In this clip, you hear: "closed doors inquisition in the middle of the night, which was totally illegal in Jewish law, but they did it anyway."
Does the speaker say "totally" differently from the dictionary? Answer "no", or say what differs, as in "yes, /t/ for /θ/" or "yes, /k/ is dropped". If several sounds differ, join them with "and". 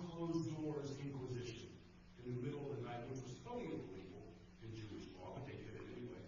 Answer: yes, /l/ is dropped